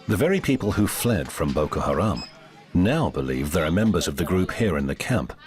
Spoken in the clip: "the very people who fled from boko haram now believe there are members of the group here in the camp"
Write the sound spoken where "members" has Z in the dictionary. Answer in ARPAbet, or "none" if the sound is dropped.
Z